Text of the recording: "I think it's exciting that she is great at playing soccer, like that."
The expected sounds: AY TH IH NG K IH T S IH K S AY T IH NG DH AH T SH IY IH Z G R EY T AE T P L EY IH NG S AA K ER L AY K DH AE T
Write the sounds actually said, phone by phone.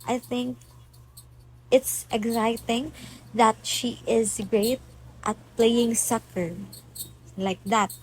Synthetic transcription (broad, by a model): AY TH IH NG K IH T S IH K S AY T IH NG DH AH T SH IY IH Z G R EY T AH T P L EY IH NG S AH K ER L AY K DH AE T